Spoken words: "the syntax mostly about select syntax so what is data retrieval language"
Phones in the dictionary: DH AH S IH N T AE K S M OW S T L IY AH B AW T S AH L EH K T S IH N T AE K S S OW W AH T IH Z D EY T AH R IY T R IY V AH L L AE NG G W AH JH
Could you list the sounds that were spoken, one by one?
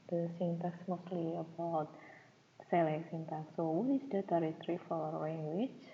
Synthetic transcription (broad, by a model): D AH S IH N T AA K S M OW S T L IY AH B AW T S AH L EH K S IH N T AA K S S OW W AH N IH S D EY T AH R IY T R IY F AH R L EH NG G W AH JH